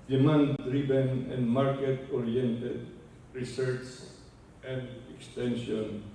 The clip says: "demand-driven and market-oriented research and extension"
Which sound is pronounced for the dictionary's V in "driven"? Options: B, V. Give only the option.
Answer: B